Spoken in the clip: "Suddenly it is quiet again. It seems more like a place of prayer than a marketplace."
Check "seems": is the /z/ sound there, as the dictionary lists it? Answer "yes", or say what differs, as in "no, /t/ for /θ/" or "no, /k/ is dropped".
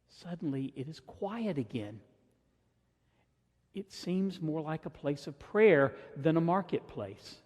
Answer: yes